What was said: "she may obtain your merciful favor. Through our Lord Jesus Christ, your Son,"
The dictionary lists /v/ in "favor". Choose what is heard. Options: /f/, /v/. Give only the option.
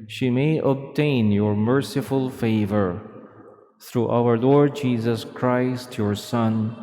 /v/